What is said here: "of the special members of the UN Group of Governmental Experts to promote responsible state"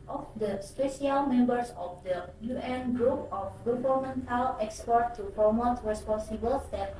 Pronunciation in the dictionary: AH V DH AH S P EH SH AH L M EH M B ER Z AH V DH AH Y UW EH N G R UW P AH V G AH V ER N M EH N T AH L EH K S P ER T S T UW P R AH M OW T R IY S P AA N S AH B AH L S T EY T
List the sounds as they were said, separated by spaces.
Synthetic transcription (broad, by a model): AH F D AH S P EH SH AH L M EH M B ER S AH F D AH Y UW EH N G R UW P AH F G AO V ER L M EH N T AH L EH K S P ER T T UW P R AH M OW T R IY S P AA N S AH B AH L S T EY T